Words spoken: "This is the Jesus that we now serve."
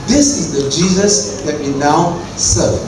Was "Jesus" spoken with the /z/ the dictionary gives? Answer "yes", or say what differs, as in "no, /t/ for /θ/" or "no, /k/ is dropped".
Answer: yes